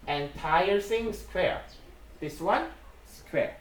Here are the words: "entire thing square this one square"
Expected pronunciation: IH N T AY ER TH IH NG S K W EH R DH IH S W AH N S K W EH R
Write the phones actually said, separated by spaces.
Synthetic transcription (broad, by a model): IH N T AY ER S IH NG S K W EH R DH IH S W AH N S K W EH R